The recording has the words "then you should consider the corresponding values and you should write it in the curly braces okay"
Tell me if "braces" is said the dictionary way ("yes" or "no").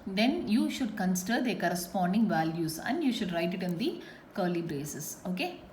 no